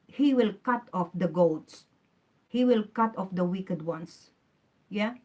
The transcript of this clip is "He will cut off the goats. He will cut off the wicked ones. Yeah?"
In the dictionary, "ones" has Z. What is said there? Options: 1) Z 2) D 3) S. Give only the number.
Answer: 3